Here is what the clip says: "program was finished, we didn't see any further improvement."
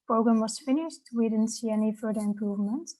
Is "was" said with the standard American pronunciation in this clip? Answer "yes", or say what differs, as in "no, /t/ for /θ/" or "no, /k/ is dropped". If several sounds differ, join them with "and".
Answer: no, /s/ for /z/